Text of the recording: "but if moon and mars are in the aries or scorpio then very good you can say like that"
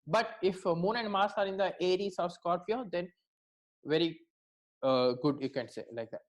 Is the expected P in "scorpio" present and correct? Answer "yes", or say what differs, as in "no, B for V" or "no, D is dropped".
no, F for P